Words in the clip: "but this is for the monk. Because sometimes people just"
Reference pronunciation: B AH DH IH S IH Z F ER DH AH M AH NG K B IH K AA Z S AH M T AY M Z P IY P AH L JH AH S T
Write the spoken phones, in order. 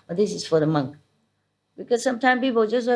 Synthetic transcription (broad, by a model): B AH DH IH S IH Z F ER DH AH M AH NG K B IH K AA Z S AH M T AY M P IY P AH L JH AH S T